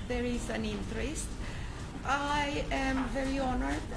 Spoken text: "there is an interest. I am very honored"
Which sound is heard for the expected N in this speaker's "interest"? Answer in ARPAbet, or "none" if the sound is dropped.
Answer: N